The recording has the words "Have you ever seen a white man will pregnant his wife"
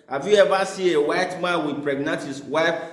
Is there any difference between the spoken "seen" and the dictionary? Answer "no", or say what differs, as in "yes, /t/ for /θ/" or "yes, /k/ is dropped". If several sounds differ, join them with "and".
yes, /n/ is dropped